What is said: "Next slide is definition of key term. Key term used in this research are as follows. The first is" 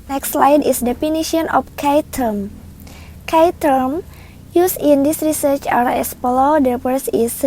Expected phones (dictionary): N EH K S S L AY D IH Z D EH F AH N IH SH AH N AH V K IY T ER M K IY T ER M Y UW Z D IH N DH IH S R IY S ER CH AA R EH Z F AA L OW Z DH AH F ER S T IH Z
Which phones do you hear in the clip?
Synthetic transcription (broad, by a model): N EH K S S L AY D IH S D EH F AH N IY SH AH N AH F K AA T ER M K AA T ER M Y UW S IH N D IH S R IY S ER CH AA R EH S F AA L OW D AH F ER S IH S